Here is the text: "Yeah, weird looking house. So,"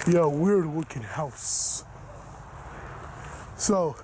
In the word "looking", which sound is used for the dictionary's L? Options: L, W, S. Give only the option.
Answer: W